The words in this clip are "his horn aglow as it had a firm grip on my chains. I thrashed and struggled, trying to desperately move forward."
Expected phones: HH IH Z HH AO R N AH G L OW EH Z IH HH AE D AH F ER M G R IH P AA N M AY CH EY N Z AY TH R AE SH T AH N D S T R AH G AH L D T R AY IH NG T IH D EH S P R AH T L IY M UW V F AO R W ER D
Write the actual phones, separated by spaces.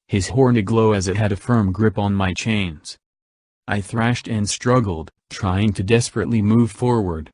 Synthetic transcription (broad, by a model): HH IH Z HH AO R N AH G L OW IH Z IH HH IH D AH F ER M G R IH P N M AY CH EY N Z AY TH R AE SH T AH N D S T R AH G L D T R AY IH NG T IH D EH S P R AH T L IY M UW V F AO R W ER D